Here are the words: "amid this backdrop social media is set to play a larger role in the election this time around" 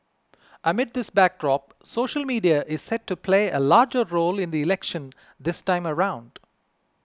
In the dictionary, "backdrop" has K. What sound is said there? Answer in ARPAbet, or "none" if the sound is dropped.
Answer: K